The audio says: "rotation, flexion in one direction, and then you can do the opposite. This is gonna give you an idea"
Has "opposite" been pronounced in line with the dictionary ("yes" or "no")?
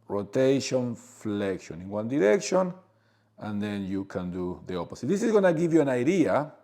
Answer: no